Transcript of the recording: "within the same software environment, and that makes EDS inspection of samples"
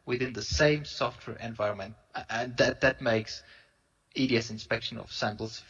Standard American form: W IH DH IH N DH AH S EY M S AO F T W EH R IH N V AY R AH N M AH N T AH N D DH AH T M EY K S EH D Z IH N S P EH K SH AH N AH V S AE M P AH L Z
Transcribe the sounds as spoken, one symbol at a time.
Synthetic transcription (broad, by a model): W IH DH IH N DH AH S EY M S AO F T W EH R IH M V AY R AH N M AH N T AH N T DH AH T M EY K S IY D S IH N S P EH K SH AH N AH V S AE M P L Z